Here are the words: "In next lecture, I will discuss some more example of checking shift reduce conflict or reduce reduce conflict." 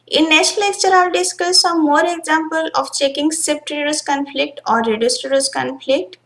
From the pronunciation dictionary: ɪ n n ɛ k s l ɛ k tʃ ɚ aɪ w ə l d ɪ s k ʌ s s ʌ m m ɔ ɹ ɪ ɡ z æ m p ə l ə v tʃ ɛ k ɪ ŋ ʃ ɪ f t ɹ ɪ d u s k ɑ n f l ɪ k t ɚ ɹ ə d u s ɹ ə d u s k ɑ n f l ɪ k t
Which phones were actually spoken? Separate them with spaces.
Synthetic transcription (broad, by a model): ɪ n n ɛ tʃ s l ɛ k tʃ ɚ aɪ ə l d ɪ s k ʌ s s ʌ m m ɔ ɹ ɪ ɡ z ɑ m p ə l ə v tʃ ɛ k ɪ ŋ s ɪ p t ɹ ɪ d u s k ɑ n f l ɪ k t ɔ ɹ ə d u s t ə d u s k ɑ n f l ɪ k t